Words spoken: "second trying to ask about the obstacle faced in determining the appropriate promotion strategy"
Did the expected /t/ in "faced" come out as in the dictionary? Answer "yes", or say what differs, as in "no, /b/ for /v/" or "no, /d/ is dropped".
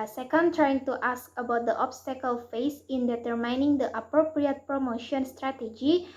no, /t/ is dropped